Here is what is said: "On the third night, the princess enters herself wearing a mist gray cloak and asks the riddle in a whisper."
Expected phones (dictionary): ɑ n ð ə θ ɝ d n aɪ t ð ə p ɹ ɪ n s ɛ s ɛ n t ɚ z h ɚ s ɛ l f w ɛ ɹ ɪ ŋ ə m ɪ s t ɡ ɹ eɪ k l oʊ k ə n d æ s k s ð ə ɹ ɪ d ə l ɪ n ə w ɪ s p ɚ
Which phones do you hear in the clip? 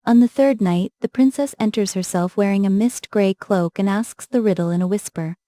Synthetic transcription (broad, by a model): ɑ n ð ə θ ɝ d n aɪ t ð ə p ɹ ɪ n s ɛ s ɛ n t ɚ z h ɚ s ɛ l f w ɛ ɹ ɪ ŋ ə m ɪ s t ɡ ɹ eɪ k l oʊ k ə n æ s k s ð ə ɹ ɪ d l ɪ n ə w ɪ s p ɚ